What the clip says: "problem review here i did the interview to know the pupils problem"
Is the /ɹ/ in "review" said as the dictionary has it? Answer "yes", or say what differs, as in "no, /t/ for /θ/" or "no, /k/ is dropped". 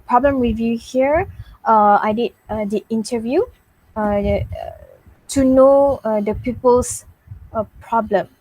no, /w/ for /ɹ/